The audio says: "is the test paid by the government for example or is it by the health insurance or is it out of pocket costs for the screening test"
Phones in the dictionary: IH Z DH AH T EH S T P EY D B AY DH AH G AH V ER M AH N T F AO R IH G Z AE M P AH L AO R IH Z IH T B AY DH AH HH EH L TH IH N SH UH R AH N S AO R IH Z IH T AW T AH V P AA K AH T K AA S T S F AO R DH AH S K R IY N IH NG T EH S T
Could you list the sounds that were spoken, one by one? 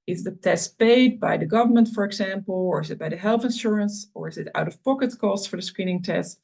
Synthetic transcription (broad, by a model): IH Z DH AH T EH S T P EY D B AY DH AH G AH V ER M AH N T F AO R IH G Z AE M P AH L AO R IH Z IH T B AY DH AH HH EH L TH IH N SH UH R AH N S AO R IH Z IH T AW T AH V P AA K AH T K AA S T S F AO R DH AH S K R IY N IH NG T EH S T